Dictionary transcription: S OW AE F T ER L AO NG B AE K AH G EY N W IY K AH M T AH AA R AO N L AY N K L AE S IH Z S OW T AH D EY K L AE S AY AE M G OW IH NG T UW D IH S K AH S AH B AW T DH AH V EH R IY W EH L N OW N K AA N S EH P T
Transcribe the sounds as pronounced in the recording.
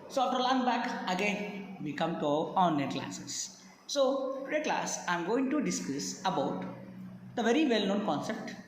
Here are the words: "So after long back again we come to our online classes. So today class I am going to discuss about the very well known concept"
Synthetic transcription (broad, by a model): S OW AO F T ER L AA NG B AE K AH G EY N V IY K AH M T AH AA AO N EH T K L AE S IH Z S OW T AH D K L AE S AY M G OW IH NG T UW D IH S K AH S AH B AW T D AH V EH R IY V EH L N OW N K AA N S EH P T